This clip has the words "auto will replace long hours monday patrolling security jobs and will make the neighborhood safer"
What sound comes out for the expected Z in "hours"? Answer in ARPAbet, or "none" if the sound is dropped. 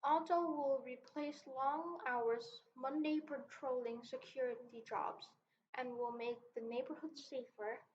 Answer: Z